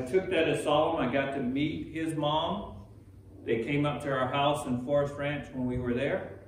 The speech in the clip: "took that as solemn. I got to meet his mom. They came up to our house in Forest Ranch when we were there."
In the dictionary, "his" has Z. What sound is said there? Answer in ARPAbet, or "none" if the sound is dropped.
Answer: Z